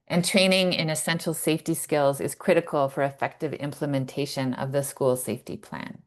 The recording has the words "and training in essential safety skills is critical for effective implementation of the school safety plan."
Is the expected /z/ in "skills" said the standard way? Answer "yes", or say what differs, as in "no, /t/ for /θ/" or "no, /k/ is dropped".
yes